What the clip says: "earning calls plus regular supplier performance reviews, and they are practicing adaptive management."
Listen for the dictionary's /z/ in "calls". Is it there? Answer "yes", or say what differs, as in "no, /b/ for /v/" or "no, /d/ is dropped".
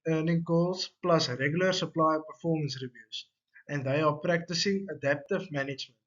no, /s/ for /z/